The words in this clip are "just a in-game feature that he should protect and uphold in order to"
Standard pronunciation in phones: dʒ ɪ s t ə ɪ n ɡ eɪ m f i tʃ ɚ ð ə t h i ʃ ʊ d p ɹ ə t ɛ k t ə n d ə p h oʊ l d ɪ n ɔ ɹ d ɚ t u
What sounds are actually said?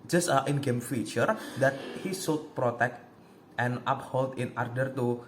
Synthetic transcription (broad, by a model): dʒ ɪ s t ɪ n ɡ eɪ m f i tʃ ɚ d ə t h i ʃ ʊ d p ɹ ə t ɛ k t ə n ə p h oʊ l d ɪ n ɔ ɹ d ɚ t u